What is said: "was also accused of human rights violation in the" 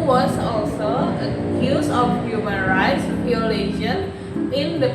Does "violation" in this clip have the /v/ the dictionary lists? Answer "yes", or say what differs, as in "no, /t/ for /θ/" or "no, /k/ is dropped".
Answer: no, /p/ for /v/